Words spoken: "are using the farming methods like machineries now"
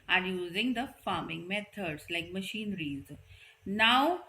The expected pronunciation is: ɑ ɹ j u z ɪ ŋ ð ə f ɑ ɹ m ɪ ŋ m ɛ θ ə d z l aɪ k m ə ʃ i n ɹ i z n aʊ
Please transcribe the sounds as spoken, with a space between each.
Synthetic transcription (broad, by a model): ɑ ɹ j u z ɪ ŋ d ə f ɑ ɹ m ɪ ŋ m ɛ t ə d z l aɪ k m ə ʃ i n ɹ i z n aʊ